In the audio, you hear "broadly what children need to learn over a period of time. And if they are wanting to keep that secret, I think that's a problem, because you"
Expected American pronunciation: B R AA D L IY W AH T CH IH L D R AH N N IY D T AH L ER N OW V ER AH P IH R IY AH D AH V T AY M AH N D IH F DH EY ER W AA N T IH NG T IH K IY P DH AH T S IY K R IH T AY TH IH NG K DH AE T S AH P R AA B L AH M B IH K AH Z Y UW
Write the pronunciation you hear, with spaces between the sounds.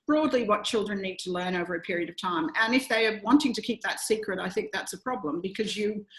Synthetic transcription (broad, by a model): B R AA D L IY W AH T CH IH L D R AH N N IY D T AH L ER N OW V ER AH P IH R IY AH D AH V T AY M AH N IH F DH EY ER W AA N T IH NG T IH K IY P DH AH T S IY K R IH T AY TH IH NG K DH AE T S AH P R AA B L AH M B IH K AH Z Y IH